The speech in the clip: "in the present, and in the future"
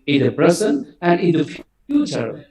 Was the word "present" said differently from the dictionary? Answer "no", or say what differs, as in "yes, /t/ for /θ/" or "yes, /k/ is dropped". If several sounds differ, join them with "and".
yes, /s/ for /z/ and /t/ is dropped